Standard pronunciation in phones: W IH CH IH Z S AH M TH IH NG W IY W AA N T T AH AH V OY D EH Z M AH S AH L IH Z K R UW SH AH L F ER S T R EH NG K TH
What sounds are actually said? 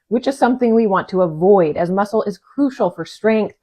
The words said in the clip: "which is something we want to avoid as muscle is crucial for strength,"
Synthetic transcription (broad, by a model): W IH CH IH Z S AH M TH IH NG W IY W AA N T T AH AH V OY D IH Z M AH S L IH Z K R UW SH L F ER S T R EH NG K TH